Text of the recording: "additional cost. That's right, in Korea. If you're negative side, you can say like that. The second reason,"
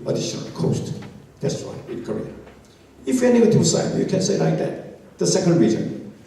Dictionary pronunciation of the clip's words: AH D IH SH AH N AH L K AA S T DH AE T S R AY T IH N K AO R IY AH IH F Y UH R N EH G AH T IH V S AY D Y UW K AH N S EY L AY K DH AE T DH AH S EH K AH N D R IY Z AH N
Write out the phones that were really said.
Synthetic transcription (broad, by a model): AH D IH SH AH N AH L K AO S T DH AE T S W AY IH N K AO R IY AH IH F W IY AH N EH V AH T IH S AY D Y UW K AH N S EY L AY K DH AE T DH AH S EH K AH N D R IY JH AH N